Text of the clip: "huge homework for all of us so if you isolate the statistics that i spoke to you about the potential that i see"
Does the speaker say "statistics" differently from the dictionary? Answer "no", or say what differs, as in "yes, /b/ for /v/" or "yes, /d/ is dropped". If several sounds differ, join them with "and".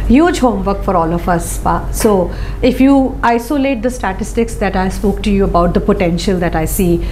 no